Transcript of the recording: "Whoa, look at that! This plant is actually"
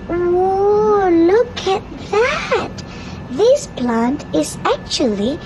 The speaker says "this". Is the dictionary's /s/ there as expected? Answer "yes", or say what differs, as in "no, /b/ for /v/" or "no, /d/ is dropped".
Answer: yes